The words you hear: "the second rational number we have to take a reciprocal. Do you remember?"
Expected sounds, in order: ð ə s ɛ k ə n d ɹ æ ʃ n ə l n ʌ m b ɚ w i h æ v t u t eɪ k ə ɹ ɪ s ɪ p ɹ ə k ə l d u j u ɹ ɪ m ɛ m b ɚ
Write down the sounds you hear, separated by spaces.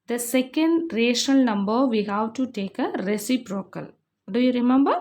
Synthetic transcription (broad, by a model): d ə s ɛ k ə n d ɹ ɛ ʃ ə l n ʌ m b ɚ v i h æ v t u t eɪ k ə ɹ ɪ s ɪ p ɹ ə k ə l d u j u ɹ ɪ m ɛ m b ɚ